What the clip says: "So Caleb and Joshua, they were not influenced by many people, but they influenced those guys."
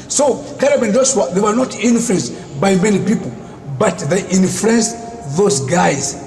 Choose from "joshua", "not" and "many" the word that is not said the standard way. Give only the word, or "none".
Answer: joshua